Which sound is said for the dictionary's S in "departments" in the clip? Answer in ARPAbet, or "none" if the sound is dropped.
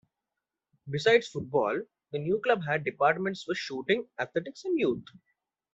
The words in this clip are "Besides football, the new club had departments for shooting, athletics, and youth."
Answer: S